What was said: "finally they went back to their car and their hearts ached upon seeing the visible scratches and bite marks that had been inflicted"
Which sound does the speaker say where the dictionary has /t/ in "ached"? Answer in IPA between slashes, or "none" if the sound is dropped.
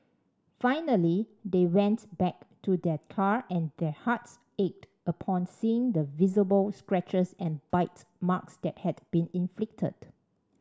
/t/